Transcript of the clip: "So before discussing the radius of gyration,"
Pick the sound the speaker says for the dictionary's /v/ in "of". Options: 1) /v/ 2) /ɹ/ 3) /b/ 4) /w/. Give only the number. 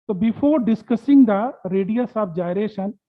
3